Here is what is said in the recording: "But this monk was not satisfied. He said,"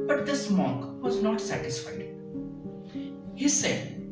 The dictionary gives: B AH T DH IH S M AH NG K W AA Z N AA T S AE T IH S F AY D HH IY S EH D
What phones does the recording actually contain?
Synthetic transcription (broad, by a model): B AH T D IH S M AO K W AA Z N AA T S AE T IH S F AY D HH IY S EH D